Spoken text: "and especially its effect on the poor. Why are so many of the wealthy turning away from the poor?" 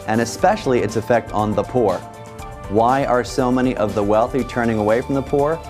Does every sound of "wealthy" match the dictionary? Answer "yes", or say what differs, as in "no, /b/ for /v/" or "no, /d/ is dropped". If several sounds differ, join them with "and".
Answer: yes